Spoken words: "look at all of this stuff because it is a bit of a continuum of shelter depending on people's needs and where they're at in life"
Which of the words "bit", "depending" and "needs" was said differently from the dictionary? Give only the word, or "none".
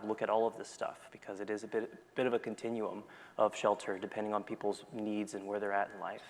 none